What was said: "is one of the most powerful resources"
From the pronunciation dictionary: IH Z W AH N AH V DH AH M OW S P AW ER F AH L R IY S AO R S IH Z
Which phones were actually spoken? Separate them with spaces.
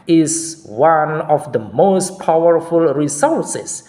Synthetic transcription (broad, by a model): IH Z W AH N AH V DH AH M OW S P AW ER F AH L R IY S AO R S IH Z